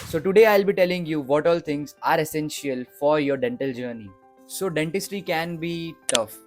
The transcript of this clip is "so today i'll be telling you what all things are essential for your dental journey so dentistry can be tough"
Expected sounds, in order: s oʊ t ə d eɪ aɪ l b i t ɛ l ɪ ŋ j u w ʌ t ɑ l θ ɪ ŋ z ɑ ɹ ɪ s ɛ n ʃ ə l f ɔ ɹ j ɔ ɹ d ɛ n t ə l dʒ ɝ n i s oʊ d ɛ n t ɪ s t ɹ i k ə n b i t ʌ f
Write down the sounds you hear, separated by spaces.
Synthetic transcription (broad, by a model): s oʊ t ə d eɪ aɪ l b i t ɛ l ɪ ŋ j u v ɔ t ɑ l t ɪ ŋ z ɑ ɹ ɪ s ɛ n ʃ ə l f ɔ ɹ j ɔ ɹ d ɛ n t ə l dʒ ɝ n i s oʊ d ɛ n t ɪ s t i k ə n b i t ʌ f